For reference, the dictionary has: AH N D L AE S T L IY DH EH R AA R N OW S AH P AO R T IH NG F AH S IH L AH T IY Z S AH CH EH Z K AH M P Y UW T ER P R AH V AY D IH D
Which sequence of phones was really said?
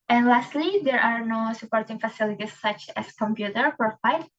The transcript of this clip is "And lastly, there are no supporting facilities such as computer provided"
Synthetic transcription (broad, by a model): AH N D L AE S T L IY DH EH R AA R N OW S AH P AO R T IH NG F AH S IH L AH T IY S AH CH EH S K AH M P Y UW T ER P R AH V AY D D